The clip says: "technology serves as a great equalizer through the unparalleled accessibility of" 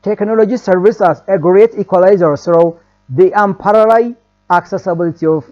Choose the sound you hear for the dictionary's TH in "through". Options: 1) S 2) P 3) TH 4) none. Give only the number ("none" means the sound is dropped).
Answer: 1